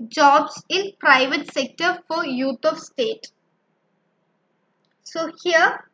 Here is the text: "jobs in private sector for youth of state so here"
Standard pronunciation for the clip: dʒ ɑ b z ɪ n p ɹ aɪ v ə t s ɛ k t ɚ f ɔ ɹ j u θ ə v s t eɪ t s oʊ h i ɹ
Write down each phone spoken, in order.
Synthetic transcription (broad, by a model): dʒ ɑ b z ɪ n p ɹ aɪ v ə t s ɛ k t ɚ f ɔ ɹ j u t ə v s t eɪ t s oʊ h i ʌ